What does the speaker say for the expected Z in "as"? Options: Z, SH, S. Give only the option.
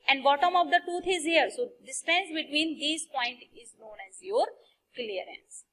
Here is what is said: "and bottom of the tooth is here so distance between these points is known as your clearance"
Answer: Z